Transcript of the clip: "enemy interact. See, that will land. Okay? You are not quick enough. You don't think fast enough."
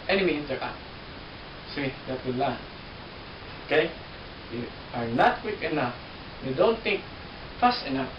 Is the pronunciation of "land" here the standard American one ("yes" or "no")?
no